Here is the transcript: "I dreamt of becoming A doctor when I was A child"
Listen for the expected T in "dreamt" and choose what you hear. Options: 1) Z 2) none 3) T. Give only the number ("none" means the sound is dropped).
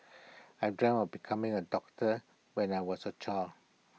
2